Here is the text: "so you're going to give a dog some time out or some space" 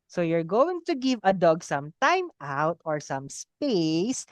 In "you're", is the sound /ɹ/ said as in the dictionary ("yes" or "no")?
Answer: yes